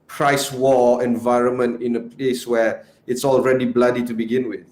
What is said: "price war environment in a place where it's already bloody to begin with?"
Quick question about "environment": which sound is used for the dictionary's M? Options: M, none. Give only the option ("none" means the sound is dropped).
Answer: M